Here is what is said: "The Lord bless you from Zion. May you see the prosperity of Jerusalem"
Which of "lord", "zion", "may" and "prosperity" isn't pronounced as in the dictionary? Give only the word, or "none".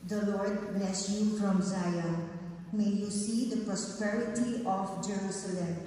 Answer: zion